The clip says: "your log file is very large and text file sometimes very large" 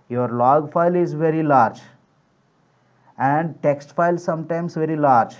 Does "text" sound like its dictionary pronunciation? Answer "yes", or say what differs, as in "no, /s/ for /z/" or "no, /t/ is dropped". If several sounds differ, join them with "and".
yes